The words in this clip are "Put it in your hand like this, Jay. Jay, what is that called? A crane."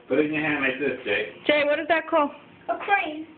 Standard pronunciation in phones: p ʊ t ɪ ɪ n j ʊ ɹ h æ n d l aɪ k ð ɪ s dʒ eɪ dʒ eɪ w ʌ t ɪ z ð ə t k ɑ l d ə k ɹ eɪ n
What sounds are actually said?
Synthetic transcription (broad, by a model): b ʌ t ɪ ɪ n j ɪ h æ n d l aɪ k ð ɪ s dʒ eɪ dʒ eɪ w ʌ t ɪ z ð ə t k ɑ l ə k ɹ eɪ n